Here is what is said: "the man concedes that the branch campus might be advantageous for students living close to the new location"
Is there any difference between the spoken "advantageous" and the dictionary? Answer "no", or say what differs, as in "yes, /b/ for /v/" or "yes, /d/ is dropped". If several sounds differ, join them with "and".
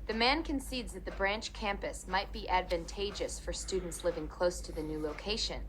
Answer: no